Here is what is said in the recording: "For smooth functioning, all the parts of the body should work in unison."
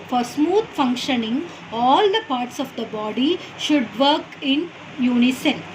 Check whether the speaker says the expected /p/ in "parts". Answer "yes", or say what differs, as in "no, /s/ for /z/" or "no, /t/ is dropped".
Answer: yes